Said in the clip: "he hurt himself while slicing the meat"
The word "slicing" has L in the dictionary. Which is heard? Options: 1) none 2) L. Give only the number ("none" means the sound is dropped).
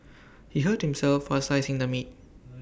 1